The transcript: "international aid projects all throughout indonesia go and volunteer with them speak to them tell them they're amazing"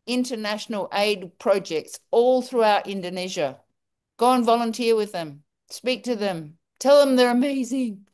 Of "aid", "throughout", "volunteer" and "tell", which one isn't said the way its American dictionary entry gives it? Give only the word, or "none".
none